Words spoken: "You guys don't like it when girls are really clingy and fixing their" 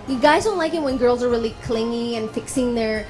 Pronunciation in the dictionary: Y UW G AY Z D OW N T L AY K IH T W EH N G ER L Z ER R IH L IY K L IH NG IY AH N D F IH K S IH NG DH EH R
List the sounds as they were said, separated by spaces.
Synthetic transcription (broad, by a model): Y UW G AY Z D OW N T L AY K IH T W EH N G ER L Z ER R IH L IY K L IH NG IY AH N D F IH K S IH NG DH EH R